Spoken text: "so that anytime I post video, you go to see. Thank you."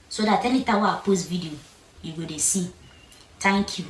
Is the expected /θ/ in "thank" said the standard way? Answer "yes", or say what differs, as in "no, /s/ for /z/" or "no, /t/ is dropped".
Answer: no, /t/ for /θ/